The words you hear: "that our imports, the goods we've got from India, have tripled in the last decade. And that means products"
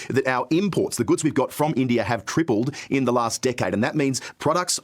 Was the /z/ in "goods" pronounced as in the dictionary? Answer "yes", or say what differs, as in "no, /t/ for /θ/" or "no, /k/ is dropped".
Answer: yes